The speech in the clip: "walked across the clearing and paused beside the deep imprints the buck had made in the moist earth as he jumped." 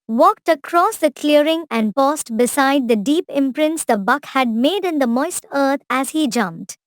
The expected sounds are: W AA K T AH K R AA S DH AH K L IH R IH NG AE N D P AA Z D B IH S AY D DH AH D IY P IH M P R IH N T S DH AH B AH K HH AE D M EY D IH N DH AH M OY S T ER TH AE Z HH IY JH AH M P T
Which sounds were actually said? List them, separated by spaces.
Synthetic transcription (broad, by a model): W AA K T AH K R AA S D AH K L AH R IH NG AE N D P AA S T B IH S AY D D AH D IY P IH M P R IH N T S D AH B AH K HH AE D M EY D IH N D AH M OY S T ER T AE Z HH IY JH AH M P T